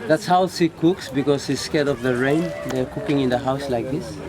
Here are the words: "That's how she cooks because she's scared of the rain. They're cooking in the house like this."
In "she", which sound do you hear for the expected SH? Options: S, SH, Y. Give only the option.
S